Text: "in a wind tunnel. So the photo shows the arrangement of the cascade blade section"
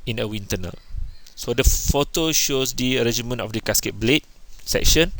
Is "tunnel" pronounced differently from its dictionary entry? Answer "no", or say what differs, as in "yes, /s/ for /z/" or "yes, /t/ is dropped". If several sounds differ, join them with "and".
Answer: no